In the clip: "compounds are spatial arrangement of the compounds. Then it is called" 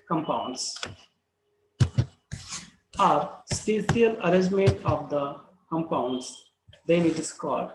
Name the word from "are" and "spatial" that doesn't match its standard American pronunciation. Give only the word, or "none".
spatial